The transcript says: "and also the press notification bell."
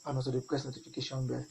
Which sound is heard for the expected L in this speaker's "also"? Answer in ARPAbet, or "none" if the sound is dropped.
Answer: none